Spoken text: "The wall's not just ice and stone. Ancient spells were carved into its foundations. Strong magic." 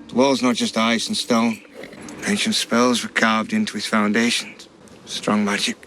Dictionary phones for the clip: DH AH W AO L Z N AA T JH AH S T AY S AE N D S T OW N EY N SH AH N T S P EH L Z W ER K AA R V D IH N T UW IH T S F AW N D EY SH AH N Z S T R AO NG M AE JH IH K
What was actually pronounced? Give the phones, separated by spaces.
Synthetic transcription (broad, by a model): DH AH W AO L Z N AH T JH AH S T AY S N S T OW N EY N SH AH N T S P EH L Z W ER K AA R V D IH N T UW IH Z F AW N D EY SH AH N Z S T R AO NG M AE JH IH K